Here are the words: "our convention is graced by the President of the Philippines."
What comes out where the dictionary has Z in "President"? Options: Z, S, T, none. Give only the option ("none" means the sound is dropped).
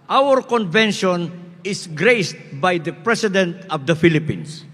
S